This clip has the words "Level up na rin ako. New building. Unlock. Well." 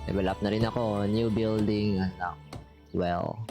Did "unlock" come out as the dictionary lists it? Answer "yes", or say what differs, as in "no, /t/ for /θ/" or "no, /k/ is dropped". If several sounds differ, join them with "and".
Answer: no, /l/ is dropped